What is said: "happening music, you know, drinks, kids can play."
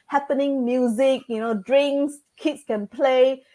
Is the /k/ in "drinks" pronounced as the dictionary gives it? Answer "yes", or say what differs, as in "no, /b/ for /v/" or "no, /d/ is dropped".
no, /k/ is dropped